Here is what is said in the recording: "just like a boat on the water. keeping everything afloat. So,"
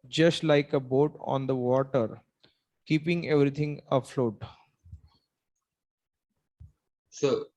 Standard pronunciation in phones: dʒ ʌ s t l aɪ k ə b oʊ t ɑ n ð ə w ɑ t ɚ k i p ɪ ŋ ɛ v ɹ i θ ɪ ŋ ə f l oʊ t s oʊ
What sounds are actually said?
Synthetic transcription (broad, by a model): dʒ ʌ s t l aɪ k ə b oʊ t ɑ n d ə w ɑ t ɚ k i p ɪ ŋ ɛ v ɹ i t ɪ ŋ ə f l oʊ t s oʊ